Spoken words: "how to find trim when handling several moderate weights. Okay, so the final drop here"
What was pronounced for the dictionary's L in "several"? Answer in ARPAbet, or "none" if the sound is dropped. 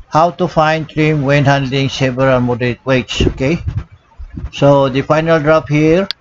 N